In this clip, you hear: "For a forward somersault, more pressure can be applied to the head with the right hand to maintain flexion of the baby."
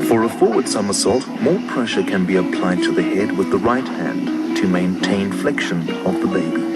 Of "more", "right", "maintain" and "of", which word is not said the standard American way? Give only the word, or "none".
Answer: none